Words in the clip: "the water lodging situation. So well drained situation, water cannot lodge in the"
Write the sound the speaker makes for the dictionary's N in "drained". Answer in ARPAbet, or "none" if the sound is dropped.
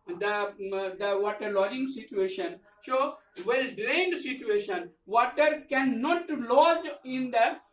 N